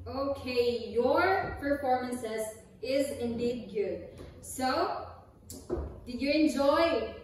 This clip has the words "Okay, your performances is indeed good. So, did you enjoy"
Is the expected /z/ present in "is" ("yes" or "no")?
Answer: yes